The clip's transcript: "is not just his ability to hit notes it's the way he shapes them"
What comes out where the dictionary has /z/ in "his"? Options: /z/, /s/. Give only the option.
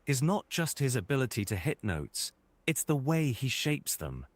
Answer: /z/